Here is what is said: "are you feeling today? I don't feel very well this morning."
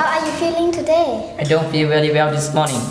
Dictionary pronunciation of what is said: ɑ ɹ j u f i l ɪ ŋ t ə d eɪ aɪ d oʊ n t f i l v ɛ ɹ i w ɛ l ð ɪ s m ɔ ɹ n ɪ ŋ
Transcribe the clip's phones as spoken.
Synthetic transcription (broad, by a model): ɑ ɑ j u f i l ɪ ŋ t ə d eɪ aɪ d oʊ n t f i l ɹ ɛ l i w ɛ l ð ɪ s m ɔ n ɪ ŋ